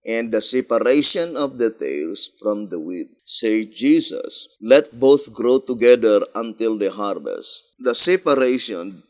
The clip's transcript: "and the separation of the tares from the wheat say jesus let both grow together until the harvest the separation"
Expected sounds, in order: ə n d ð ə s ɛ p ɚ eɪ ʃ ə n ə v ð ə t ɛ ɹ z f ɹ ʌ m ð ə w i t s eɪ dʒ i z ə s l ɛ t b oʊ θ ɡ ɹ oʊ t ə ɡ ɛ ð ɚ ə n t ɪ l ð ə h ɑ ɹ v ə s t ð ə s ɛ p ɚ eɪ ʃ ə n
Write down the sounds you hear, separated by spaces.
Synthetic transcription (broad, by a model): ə n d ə s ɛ p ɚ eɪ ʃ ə n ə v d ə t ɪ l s f ɹ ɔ m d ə w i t s eɪ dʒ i s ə s l ɛ t b oʊ θ ɡ ɹ oʊ t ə ɡ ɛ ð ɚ ə n t ɪ l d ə h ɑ ɹ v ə s t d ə s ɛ p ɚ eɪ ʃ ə n